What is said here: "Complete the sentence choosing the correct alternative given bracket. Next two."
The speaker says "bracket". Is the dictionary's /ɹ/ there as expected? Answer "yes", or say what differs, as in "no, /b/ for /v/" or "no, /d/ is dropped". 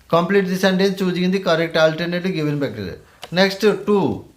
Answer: no, /ɹ/ is dropped